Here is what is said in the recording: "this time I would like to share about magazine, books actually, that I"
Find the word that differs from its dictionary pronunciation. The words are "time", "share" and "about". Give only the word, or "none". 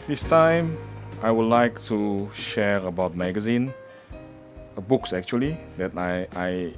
none